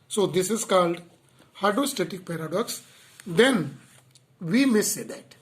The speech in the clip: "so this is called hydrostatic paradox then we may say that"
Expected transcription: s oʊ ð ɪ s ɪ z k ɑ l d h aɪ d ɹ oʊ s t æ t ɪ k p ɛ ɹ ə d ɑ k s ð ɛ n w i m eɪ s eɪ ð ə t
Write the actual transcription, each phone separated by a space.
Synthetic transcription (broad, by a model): s oʊ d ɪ s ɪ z k ɑ l d h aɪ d oʊ s t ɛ t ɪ k p ɛ ɹ ə d ɑ k s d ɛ n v i m eɪ s eɪ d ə t